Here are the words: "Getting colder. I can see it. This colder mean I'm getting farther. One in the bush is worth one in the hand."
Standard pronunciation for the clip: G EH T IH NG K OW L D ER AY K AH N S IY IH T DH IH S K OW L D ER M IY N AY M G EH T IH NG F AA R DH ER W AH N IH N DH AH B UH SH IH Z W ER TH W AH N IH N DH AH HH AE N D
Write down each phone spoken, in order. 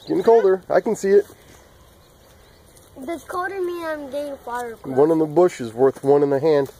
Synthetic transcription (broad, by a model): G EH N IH K OW L D ER AY K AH N S IY IH T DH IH K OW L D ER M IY AY M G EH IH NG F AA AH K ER W AH N IH N DH AH B UH SH IH Z W ER TH W AH N IH N DH AH HH AE N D